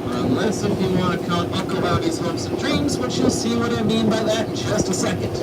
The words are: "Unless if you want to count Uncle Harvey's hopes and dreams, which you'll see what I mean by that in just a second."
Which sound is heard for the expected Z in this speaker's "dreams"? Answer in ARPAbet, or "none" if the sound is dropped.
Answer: Z